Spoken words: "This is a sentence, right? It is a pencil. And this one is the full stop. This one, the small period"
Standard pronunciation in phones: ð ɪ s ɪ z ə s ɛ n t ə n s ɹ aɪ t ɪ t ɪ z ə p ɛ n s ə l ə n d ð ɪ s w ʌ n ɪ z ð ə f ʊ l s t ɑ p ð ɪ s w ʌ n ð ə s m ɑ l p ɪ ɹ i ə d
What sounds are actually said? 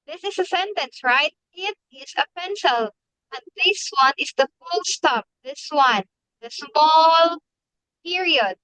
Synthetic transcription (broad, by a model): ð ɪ s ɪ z ə s ɛ n t ə n s ɹ aɪ t ɪ t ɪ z ə p ɛ n s ə l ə n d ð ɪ s w ʌ n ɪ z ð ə f ʊ l s t ɑ p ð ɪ s w ʌ n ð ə s m ɑ l p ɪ ɹ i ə d